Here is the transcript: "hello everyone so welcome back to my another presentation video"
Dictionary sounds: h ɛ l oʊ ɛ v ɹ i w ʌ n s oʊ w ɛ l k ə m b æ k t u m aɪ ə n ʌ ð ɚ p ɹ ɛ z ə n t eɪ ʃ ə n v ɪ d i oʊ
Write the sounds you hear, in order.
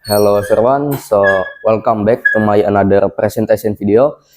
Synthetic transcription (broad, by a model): h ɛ l oʊ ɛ ɹ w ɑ n s oʊ w ɛ l k ə m b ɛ k t u m aɪ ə n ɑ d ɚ p ɹ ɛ s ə n t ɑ s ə n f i d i oʊ